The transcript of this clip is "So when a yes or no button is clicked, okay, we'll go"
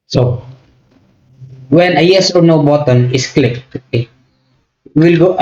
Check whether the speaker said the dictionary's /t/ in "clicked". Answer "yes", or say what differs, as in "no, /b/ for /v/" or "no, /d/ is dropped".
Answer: no, /t/ is dropped